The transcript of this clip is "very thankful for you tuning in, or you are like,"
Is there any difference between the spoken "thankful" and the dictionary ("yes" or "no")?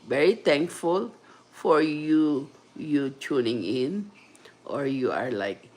yes